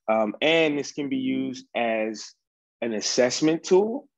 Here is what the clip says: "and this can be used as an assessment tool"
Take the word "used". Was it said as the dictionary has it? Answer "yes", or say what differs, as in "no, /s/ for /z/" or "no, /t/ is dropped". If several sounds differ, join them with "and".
yes